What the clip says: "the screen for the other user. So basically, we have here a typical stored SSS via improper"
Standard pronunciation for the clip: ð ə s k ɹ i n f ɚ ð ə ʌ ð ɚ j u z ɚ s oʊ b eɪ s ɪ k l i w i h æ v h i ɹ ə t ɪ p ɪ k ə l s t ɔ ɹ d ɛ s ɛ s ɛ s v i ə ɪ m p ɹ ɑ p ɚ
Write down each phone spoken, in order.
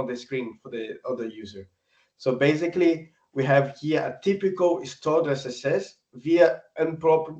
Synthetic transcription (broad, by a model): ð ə s k ɹ i n f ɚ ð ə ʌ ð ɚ j u z ɚ s oʊ b eɪ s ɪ k l i w i h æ v h i ɹ ə t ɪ p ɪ k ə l s t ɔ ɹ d ɛ s ɛ s ɛ s v i ə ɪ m p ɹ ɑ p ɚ